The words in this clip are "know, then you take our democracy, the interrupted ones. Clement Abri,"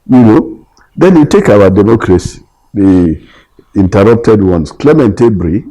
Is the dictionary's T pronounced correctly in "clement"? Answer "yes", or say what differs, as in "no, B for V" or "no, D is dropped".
yes